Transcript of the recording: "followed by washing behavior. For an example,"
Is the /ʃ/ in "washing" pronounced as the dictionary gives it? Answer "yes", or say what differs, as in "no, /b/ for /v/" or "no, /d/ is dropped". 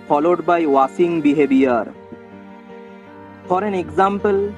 no, /s/ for /ʃ/